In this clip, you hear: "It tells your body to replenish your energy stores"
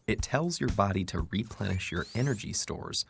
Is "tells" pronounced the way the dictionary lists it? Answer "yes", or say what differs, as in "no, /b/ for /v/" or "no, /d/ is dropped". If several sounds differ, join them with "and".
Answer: yes